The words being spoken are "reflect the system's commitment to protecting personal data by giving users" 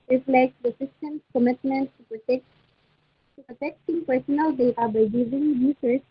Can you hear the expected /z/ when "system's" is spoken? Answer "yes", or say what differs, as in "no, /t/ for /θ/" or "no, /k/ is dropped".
no, /s/ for /z/